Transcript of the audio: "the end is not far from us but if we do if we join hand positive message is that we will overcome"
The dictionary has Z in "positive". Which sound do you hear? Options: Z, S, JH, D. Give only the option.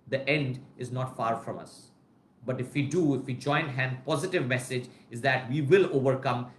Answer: Z